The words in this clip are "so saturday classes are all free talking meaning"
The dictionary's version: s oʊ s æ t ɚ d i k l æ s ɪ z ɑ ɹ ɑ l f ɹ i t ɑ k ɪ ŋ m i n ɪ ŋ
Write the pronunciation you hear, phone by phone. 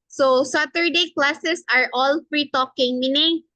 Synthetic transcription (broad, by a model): s oʊ s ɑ t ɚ d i k l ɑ s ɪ s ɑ ɹ ɑ l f ɹ i t ɑ k ɪ ŋ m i n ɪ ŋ